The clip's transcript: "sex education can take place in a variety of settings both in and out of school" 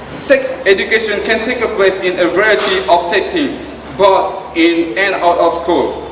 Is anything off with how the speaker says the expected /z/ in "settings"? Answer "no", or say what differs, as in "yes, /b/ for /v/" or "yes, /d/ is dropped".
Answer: yes, /z/ is dropped